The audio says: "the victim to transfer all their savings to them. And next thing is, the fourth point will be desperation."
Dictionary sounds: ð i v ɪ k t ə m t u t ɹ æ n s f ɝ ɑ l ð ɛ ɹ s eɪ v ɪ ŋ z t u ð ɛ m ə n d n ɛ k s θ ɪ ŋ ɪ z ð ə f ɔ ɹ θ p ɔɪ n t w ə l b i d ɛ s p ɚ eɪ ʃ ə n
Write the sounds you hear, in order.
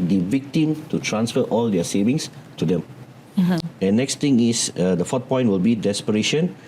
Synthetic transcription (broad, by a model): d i v ɪ k t ə m t u t ɹ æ n s f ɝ ɑ l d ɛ s eɪ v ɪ ŋ s t u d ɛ m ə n n ɛ k s t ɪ ŋ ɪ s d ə f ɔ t p ɔɪ n t w ə l b i d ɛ s p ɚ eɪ ʃ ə n